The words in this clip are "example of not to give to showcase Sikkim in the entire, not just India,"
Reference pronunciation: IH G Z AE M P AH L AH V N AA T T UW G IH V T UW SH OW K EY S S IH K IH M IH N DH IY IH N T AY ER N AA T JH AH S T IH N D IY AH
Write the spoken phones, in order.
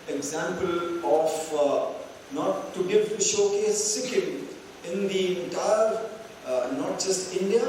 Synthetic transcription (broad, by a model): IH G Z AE M P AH L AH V N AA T T UW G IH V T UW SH OW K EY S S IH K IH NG IH N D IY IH T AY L N AA T JH AH S T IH N D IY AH